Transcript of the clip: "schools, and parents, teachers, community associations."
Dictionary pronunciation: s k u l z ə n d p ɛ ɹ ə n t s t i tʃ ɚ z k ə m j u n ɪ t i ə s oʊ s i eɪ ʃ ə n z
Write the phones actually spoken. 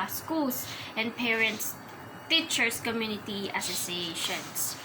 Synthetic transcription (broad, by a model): s k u l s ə n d p ɛ ɹ ə n t s t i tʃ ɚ s k ə m j u n ɪ t i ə s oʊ s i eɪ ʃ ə n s